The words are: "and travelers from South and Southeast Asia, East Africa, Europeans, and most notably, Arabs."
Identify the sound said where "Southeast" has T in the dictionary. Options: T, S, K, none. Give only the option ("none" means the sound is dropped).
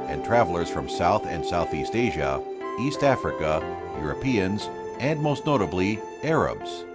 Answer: T